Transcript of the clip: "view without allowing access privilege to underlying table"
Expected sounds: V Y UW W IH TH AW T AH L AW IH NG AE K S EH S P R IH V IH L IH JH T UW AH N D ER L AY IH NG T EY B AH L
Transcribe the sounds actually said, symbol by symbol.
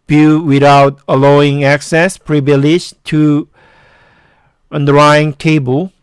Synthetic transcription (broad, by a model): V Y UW W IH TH AW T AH L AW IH NG AE K S EH S P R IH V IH L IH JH T UW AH N D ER AY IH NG T EY B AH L